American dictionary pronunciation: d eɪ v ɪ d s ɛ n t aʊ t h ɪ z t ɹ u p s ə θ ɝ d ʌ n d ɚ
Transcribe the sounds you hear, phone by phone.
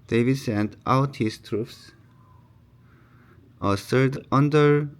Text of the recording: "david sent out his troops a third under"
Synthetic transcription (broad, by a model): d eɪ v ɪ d s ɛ n t aʊ t h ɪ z t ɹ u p s ə s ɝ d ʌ n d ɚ